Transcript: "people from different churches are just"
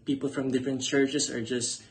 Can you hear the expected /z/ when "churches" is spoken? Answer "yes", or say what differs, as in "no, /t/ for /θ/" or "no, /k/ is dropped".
no, /s/ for /z/